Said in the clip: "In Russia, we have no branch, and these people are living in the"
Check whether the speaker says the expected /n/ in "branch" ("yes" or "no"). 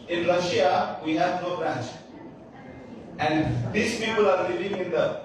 yes